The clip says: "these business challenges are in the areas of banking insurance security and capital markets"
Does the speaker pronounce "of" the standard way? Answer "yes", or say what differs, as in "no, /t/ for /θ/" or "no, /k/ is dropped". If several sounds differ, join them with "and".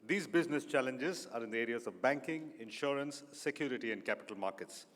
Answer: yes